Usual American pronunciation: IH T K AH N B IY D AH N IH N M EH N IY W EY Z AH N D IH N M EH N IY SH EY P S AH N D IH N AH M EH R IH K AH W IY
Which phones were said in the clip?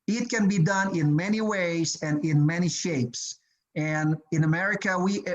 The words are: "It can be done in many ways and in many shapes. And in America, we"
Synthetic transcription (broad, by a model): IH T K AH N B IY D AH N IH N M EH N IY W EY Z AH N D IH N M EH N IY SH EY P S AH N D IH N AH M EH R IH K AH W IY